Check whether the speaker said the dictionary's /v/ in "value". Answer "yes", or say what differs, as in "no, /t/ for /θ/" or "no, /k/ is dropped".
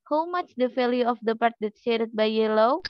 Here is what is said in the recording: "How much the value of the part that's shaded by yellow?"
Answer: no, /f/ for /v/